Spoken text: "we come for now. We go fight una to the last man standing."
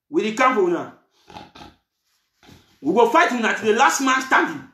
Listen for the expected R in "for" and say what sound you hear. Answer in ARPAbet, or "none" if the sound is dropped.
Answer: W